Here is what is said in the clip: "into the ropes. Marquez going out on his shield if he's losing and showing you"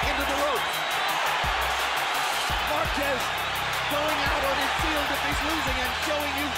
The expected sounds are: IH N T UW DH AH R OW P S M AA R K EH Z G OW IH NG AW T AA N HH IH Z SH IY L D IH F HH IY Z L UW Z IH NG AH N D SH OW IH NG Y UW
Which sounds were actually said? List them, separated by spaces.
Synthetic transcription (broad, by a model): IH N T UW DH AH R OW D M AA R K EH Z G OW IH NG AW T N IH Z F IY L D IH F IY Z L UW Z IH NG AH N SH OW IH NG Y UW